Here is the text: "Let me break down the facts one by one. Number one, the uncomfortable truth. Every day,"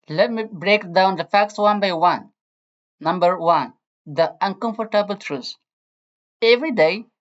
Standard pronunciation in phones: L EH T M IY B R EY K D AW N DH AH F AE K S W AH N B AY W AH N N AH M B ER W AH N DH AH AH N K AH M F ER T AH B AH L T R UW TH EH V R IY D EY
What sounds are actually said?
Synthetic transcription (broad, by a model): L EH T M IY B R EY K D AW N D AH F AE K S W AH N B AY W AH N N AH M B ER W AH N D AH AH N K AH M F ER T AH B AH L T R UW S EH V R IY D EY